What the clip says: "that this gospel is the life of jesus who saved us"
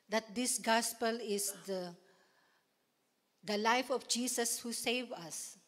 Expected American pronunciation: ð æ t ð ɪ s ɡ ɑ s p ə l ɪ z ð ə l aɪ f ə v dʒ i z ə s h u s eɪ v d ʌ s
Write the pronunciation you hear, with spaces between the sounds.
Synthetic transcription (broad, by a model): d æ t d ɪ s ɡ ɑ s p ə l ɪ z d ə l aɪ f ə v dʒ i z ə s h u s eɪ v ʌ s